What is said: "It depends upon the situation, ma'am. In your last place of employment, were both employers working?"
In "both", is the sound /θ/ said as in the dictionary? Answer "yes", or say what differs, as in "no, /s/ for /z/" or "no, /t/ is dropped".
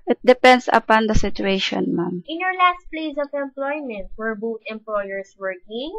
no, /t/ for /θ/